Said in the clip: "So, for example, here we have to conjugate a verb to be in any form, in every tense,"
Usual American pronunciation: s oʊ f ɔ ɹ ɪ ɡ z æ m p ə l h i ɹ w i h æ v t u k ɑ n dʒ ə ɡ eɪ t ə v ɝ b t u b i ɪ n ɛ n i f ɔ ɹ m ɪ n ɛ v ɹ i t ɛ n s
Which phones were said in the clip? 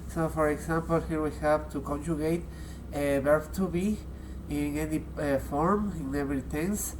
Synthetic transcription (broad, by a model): s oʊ f ɔ ɹ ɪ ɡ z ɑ m p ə l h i ɹ w i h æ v t u k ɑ n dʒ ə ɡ eɪ t ə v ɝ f t u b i ɪ n ɛ n i f ɔ ɹ m ɪ n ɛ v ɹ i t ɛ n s